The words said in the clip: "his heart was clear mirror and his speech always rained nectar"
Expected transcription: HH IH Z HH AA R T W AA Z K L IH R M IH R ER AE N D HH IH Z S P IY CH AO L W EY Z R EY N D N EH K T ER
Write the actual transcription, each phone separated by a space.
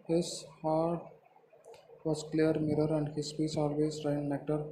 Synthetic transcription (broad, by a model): HH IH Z HH AA R T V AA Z K L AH R M IH R ER AE N D HH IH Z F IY S AO L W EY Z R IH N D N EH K T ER